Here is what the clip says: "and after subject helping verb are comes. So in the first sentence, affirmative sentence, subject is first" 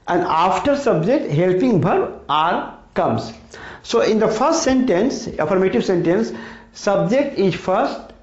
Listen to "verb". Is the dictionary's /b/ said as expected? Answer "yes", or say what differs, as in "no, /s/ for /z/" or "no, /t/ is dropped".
no, /b/ is dropped